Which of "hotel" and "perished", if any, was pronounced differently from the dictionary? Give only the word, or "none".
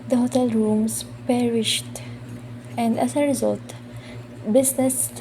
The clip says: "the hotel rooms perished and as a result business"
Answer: none